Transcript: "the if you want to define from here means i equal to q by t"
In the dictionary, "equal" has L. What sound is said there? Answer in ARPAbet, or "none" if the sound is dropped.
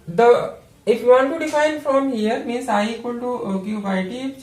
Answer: N